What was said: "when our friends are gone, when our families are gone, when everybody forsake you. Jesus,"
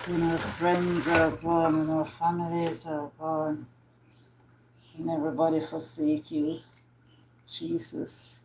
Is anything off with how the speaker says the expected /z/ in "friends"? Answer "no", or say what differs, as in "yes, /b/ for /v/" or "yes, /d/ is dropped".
no